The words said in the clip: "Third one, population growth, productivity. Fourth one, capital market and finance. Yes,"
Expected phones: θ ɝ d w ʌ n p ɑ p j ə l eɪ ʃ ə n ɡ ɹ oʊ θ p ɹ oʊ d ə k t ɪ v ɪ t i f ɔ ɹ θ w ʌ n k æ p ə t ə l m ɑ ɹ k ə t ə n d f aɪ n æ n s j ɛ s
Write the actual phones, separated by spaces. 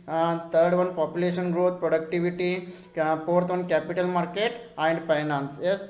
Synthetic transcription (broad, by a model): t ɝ d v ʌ n p ɑ p j ə l eɪ ʃ ə n ɡ ɹ oʊ t p ɹ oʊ d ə k t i v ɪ t i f ɔ ɹ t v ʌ n k æ p ə t ə l m ɑ ɹ k ə t ə n d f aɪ n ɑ n s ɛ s